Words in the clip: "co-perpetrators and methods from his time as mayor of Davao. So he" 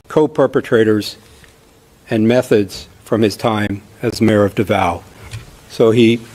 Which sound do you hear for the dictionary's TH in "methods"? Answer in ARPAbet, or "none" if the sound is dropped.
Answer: TH